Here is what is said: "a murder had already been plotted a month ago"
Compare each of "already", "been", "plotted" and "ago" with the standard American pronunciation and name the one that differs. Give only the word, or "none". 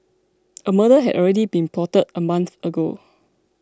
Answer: plotted